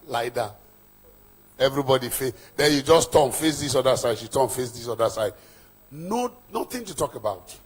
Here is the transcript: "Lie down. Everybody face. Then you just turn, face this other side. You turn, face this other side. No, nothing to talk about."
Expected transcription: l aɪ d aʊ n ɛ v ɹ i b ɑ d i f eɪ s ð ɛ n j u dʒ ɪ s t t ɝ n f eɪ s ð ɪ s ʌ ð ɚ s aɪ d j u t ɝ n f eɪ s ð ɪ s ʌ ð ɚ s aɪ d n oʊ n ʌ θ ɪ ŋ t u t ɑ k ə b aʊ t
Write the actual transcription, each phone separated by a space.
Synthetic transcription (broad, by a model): l aɪ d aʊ ɛ v ɹ i b ɑ d i f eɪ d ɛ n j u dʒ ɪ s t t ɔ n f eɪ s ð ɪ s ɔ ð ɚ s aɪ d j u t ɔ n f eɪ s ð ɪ s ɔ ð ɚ s aɪ d n oʊ n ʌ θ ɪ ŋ t u t ɑ k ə b aʊ t